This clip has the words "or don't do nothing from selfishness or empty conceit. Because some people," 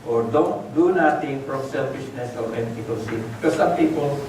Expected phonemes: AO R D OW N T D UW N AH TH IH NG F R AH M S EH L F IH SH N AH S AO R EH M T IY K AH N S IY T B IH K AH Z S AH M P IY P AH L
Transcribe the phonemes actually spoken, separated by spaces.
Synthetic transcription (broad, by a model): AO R D OW N T D UW N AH T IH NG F R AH M S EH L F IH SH N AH S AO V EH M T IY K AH L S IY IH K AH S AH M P IY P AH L